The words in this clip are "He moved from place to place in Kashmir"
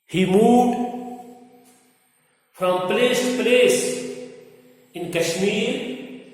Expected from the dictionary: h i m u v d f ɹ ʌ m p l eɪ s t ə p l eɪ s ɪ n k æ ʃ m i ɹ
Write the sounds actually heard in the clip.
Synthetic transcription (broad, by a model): h i m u d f ɹ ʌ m p l eɪ s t p l eɪ s ɪ n k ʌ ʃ m i ɹ